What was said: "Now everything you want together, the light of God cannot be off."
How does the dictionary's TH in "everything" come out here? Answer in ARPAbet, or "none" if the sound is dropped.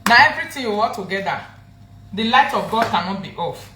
T